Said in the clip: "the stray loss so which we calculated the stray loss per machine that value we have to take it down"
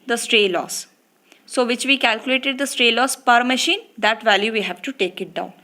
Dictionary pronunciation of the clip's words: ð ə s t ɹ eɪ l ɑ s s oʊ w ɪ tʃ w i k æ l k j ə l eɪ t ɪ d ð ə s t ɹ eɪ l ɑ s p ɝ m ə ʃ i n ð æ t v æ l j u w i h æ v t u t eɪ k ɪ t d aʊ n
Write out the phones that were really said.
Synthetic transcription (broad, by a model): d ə s t ɹ eɪ l ɑ s s oʊ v ɪ tʃ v i k æ l k j ə l eɪ t ɪ d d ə s t ɹ eɪ l ɑ s p ɝ m ə ʃ i n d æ t v æ l j u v i h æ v t u t eɪ k ɪ t d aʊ n